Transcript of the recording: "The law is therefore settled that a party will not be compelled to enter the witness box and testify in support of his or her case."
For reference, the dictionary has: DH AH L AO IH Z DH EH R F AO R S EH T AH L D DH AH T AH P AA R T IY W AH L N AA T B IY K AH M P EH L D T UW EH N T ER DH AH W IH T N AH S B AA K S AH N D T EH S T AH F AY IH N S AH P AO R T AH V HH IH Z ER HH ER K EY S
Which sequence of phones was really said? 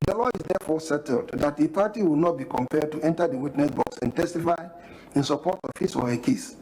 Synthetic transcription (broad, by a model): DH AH L AO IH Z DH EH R F AO S EH T AH L D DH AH T AH P AA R T IY W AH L N AA T B IY K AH M P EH D T UW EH N T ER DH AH W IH T N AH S B AA K S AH N T EH S T AH F AY IH N S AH P AO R T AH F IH S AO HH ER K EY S